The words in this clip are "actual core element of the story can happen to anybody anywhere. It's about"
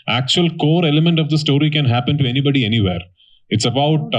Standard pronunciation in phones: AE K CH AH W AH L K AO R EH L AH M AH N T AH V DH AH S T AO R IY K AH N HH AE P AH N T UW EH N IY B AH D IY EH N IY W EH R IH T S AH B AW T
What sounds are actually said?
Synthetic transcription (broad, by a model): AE K CH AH AH L K AO R EH L AH M AH N T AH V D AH S T AO R IY K AH N HH AE P AH N T UW EH N IY B AH D IY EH N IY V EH R IH T S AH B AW T